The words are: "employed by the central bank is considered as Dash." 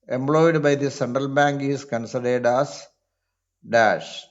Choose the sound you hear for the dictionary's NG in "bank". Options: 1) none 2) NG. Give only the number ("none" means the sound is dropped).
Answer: 2